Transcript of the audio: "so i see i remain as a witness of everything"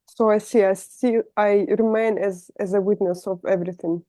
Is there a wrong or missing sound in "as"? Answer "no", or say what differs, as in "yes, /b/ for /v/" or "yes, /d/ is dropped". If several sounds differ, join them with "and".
no